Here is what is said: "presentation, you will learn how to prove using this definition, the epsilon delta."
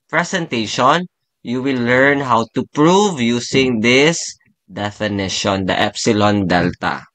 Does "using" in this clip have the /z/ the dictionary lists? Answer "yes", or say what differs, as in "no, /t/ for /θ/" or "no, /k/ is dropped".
no, /s/ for /z/